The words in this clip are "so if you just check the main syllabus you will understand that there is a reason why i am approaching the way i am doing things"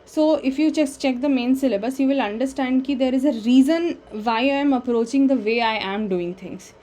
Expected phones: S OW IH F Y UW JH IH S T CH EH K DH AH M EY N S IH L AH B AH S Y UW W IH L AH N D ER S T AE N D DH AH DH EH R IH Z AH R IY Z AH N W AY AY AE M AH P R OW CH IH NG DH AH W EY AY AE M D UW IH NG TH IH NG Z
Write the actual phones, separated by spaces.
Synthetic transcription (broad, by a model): S OW IH F Y UW CH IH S CH EH K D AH M EY N S IH L AH B AH S Y UW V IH L AH N D ER S T AE N D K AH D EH R IH Z AH R IY Z AH N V AY AY M AH P R OW CH IH NG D AH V EY AY AE M D UW IH NG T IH NG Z